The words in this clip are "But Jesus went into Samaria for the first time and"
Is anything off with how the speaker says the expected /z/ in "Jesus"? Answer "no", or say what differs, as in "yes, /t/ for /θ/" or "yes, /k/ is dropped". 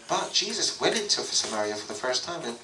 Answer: no